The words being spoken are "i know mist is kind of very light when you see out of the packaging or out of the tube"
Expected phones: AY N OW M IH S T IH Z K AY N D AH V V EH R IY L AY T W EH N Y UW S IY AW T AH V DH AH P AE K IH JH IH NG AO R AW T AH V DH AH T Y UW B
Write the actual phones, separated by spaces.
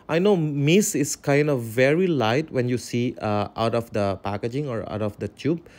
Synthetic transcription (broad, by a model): AY N OW M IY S IH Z K AY N D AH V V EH R IY L AY T W EH N Y UW S IY AW T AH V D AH P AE K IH JH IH NG AO R AW T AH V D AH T Y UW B